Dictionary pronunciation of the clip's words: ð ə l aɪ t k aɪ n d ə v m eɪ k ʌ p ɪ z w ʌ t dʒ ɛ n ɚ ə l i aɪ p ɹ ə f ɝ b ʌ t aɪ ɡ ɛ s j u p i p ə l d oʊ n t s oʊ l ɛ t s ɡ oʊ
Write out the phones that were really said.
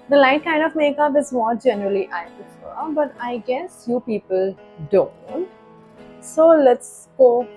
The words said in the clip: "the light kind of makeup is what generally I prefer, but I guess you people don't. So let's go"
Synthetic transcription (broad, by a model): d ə l aɪ t k aɪ n d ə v m eɪ k ʌ p ɪ z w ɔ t dʒ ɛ n ɚ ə l i aɪ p ə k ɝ b ʌ t aɪ ɡ ɛ s j u p i p ə l d oʊ n t s oʊ l ɛ t s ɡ oʊ